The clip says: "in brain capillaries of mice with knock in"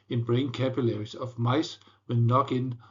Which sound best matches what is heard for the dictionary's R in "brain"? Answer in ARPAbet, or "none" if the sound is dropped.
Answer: R